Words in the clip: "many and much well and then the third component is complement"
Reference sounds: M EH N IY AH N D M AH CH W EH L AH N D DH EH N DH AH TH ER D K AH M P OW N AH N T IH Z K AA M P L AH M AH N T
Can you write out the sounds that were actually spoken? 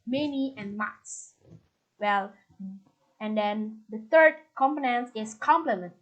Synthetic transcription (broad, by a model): M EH N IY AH N M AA S W EH L AH N D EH N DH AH T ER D K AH M P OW N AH N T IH S K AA M P L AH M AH N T